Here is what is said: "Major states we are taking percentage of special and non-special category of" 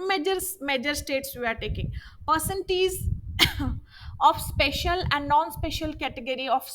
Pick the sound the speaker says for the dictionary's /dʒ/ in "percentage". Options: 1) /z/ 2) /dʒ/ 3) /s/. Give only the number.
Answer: 1